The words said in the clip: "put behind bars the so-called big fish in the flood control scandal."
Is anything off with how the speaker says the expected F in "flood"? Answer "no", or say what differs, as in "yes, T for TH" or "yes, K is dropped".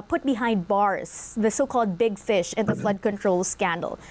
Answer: no